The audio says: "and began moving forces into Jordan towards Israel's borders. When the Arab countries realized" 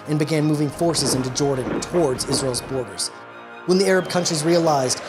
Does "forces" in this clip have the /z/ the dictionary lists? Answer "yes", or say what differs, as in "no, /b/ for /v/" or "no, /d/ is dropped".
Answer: yes